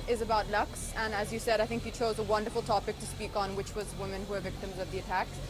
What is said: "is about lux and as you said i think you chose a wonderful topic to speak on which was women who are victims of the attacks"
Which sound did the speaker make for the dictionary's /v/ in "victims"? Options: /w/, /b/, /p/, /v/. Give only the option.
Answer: /v/